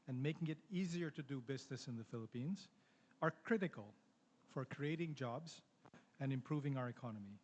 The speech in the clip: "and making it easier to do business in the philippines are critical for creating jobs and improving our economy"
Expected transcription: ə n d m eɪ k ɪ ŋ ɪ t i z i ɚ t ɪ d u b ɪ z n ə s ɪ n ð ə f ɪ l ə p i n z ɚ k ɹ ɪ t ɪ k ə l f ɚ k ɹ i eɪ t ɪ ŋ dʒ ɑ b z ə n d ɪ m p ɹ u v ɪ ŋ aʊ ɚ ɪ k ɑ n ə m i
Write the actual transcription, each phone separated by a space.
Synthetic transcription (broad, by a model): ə n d m eɪ k ɪ ŋ ɪ t i z i ɚ t ɪ d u b ɪ z n ə s ɪ n ð ə f ɪ l ə p i n z ɚ k ɹ ɪ t ɪ k ə l f ɚ k ɹ i eɪ t ɪ ŋ dʒ ɑ b z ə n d ɪ m p ɹ u v ɪ ŋ aʊ ɚ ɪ k ɑ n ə m i